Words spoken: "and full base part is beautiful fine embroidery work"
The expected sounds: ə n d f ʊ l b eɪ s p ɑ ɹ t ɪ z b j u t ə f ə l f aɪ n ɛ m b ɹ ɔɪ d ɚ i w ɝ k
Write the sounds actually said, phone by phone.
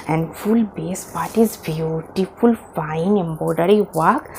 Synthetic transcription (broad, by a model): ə n d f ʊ l b eɪ s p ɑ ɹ t ɪ z b j u t ə f ə l f aɪ n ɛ m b ɔɪ d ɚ i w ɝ k